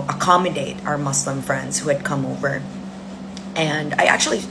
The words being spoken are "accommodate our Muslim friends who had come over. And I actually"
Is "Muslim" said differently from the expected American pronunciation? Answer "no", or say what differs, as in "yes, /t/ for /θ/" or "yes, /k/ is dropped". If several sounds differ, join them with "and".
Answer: yes, /s/ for /z/